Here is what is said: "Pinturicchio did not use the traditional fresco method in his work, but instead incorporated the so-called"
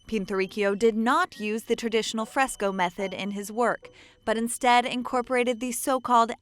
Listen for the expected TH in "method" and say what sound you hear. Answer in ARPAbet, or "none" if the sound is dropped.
TH